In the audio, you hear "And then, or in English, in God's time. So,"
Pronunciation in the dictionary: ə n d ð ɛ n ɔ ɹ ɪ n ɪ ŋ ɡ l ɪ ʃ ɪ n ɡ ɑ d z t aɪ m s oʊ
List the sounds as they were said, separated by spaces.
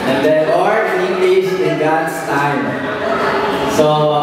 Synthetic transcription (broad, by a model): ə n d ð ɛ ɔ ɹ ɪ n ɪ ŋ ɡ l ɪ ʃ ɪ n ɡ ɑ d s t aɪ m s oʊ